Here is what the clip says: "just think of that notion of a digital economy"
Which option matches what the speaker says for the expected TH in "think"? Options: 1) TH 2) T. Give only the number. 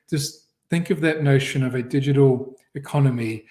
1